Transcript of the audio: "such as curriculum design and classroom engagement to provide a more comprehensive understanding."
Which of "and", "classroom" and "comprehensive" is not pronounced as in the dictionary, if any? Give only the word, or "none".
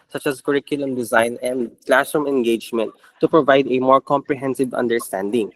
classroom